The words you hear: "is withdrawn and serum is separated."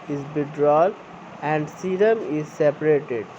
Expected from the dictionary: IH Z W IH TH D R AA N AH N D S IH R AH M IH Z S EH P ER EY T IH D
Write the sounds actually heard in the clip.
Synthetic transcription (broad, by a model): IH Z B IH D R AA L AH N D S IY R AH M IH Z S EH P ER EY T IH D